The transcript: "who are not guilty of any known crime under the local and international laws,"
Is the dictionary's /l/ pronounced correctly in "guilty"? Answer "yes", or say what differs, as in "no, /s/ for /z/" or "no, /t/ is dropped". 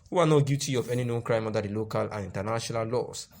no, /l/ is dropped